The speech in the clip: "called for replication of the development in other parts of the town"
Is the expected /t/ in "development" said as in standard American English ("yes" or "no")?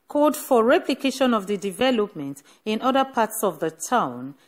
yes